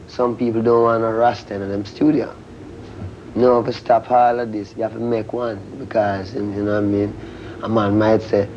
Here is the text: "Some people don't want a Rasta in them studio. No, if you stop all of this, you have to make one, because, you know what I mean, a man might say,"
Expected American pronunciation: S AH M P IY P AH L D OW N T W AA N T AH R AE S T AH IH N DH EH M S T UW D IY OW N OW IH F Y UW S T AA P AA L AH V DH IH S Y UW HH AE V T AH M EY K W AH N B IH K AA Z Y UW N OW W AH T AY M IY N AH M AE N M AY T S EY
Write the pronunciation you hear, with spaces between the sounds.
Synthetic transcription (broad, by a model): S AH M P IY P L D OW N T W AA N AH R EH S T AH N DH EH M S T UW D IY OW N OW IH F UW S T AA P AA L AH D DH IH S Y UW HH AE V T AH M EY K W AH N B IH K AA Z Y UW N OW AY M IY N AH M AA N M AY T S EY